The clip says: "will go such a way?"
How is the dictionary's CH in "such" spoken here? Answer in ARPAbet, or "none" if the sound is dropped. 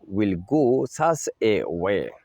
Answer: S